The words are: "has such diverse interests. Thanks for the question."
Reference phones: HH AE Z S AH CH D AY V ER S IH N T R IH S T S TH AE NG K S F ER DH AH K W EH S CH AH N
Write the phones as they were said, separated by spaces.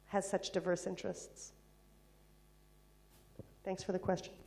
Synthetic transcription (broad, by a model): HH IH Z S AH CH D AY V ER S IH N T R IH S T S TH AE NG K S F ER DH AH K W EH S CH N